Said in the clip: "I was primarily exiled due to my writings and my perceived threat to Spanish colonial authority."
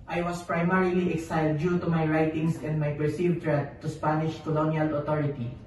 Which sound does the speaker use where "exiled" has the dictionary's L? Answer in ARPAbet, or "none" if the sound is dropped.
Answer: none